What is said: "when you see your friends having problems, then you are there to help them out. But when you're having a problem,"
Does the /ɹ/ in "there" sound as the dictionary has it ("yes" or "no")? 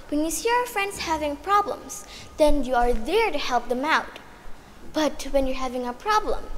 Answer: yes